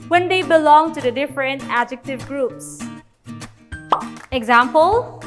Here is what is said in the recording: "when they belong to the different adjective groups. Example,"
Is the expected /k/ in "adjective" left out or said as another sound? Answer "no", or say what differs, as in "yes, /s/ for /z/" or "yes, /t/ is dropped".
no